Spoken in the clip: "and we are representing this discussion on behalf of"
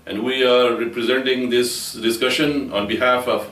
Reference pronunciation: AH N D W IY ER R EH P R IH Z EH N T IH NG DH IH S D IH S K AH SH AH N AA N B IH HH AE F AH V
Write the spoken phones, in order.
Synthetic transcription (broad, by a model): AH N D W IY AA R EH P R IH Z EH N T IH NG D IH S D IH S K AH SH AH N AA N B IH HH AE F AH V